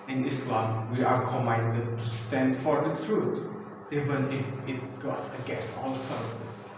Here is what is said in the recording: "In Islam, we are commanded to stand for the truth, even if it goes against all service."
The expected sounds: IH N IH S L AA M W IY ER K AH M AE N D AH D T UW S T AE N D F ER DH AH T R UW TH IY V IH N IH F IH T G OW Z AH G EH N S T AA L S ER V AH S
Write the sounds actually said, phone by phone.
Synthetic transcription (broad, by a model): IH N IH S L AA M W IY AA K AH M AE N D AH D T UW S T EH N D F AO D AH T R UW T IY V IH N IH F IH T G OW S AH G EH S AA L S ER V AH S